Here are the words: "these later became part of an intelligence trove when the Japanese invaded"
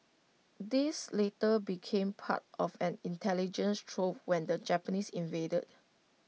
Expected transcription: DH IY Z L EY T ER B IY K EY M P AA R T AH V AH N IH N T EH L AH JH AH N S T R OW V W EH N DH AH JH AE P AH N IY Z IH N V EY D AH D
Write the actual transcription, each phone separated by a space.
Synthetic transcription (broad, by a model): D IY S L EY T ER B IY K EY M P AA T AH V AH N IH N T EH L AH JH AH N S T R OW P W EH N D AH JH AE P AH N IY S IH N V EY D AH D